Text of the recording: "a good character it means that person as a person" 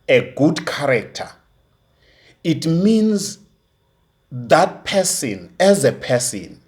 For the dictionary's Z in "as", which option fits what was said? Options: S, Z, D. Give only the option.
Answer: Z